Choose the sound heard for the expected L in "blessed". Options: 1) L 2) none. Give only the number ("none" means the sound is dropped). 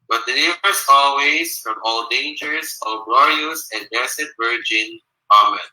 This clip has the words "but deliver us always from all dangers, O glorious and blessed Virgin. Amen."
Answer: 2